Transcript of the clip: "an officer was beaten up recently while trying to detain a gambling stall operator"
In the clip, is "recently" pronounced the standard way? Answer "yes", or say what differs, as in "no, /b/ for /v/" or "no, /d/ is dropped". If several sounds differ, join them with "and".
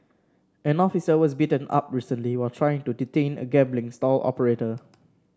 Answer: yes